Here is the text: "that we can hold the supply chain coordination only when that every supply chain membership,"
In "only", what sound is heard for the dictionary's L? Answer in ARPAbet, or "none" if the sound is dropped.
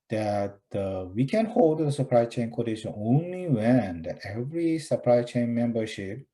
L